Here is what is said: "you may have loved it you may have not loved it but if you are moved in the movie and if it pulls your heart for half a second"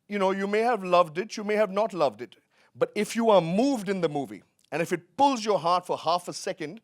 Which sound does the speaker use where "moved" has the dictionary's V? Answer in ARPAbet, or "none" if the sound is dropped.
V